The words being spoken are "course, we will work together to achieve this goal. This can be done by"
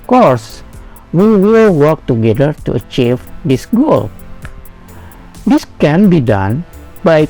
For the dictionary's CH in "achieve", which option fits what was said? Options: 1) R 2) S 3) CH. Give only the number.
3